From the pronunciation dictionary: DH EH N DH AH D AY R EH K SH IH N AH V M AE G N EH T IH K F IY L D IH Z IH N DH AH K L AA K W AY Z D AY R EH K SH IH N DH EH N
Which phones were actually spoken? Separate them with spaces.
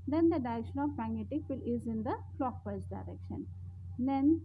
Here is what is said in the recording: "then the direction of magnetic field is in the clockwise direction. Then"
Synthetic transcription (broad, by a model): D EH N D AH D AY R EH K SH IH N AH V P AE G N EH T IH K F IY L IH Z IH N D AH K L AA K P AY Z D AY R EH K SH IH N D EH N